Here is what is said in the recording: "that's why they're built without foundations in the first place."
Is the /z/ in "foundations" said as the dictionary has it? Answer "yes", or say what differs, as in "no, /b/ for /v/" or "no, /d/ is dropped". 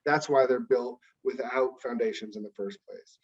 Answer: yes